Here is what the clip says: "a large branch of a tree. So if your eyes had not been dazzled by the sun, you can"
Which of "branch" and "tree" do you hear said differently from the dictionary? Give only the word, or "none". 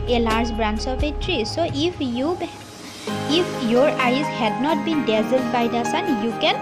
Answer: branch